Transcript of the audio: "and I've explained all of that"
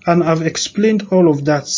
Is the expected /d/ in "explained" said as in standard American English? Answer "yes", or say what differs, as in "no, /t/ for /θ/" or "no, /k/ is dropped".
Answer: yes